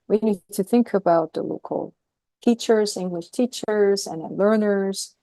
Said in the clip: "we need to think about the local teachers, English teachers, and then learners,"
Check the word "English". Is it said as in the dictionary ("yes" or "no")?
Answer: yes